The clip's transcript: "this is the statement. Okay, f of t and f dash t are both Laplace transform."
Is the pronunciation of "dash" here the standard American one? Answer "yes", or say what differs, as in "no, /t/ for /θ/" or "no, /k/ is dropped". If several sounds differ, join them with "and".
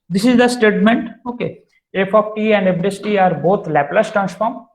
no, /s/ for /ʃ/